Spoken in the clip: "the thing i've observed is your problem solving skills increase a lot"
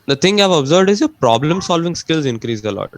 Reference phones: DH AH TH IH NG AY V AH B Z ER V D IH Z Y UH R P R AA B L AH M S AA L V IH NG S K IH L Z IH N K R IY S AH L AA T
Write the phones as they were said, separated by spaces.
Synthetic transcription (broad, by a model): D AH T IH NG AY V AH B Z ER V D IH Z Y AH P R AA B L AH M S AA L V IH NG S K IH L Z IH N K R IY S AH L AA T